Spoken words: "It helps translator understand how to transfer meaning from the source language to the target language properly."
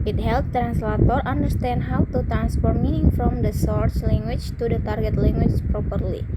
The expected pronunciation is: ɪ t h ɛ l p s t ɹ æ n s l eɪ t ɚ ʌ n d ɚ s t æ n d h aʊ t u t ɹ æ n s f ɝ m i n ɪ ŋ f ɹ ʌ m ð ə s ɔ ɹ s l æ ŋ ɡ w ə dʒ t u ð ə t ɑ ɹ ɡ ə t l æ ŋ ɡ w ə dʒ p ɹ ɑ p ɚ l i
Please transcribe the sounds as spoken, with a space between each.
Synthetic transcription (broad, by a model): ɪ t h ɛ l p t ɹ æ n s l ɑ t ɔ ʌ n d ɚ s t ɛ n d h aʊ t u t ɹ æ n s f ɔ m i n ɪ ŋ f ɹ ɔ m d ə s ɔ ɹ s l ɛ ŋ ɡ w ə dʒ t u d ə t ɑ ɹ ɡ ə t l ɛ ŋ ɡ w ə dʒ p ɹ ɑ p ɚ l i